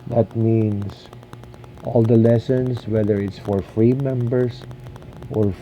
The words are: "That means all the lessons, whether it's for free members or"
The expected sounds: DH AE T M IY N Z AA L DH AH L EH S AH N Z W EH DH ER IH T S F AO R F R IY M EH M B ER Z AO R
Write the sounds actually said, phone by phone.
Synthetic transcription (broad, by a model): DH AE T M IY N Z AA L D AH L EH S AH N S W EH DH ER IH T S F AO R F R IY M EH M B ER S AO R